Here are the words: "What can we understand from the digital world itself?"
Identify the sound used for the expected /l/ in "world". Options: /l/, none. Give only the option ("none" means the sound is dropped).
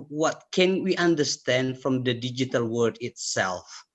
none